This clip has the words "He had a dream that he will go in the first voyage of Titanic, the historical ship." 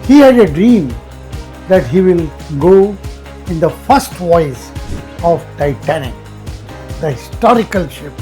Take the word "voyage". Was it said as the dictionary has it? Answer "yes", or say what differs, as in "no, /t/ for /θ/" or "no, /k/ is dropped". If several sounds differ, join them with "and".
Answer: no, /z/ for /dʒ/